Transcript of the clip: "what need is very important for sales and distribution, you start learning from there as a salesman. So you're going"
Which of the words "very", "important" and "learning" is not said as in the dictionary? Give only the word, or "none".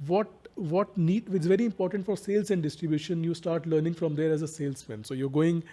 none